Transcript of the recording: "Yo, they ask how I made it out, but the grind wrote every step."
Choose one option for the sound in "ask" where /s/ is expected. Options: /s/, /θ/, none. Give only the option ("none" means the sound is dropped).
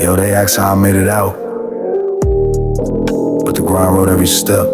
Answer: none